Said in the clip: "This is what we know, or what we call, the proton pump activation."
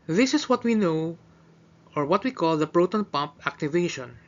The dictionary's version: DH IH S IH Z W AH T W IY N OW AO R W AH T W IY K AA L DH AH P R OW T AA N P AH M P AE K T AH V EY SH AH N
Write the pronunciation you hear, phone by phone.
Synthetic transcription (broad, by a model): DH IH S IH S W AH T W IY N OW AO R W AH T W IY K AA L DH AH P R OW T AA N P AH M P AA K T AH V EY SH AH N